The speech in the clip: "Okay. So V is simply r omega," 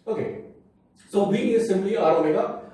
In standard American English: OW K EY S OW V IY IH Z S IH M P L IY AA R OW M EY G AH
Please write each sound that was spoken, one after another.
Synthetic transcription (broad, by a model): OW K EY S OW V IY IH S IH M B L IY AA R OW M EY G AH